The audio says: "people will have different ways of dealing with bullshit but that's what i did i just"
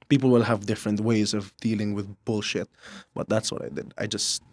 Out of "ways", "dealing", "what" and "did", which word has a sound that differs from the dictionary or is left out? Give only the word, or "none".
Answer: none